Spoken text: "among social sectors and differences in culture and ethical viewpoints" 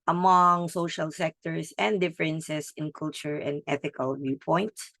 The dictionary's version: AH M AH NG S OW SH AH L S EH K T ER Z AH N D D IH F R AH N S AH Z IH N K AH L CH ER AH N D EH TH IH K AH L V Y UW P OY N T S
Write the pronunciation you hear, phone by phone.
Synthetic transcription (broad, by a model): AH M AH NG S OW SH AH L S EH K T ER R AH N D D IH F R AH N S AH S IH N K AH L CH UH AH N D EH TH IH K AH L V Y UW P OY N T S